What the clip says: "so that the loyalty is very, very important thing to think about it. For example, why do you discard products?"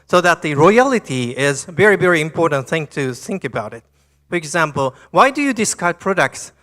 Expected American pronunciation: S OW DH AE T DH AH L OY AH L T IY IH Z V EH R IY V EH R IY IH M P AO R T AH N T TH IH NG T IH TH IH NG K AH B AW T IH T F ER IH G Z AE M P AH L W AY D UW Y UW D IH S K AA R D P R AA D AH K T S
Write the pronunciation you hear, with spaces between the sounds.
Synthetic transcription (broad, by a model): S OW DH AE T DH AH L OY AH L T IY IH Z V EH R IY V EH R IY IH M P AO R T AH N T TH IH NG T IH TH IH NG K AH B AW T IH T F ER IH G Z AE M P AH L W AY D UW Y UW D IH S K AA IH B P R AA D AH K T S